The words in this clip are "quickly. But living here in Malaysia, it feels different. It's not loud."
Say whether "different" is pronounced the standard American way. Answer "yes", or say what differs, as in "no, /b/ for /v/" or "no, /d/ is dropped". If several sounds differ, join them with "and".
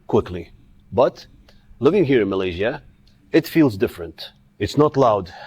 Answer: yes